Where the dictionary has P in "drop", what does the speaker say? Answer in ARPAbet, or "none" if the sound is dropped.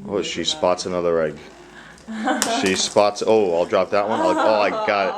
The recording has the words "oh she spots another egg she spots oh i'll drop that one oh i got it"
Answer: P